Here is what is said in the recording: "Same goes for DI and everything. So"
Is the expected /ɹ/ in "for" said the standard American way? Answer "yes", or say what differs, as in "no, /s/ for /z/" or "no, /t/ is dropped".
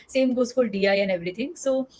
no, /l/ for /ɹ/